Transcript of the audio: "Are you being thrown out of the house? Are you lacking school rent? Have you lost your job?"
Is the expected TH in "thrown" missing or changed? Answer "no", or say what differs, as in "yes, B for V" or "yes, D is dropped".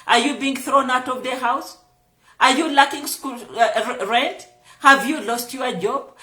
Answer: no